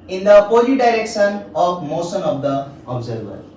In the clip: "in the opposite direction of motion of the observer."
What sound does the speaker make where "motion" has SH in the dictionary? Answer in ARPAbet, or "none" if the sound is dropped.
S